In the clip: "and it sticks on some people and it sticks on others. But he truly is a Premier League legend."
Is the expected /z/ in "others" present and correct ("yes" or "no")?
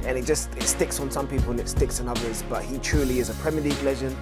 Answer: yes